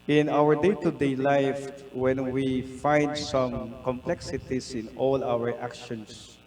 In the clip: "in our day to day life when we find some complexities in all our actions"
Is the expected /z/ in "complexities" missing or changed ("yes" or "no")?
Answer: yes